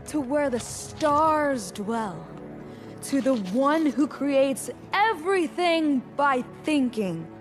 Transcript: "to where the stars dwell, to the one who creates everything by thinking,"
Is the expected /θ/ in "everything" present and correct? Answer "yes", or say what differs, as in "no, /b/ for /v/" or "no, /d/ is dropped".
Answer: yes